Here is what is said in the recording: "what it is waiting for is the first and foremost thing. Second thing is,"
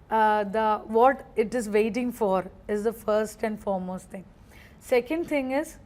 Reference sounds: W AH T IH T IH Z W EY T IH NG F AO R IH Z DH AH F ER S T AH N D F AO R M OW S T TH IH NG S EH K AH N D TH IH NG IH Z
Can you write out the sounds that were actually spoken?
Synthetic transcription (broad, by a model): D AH T IH T IH Z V EY T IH NG F AO R IH Z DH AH F ER S T AH N D F AO R M OW S T T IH NG S EH K AH N D T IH NG IH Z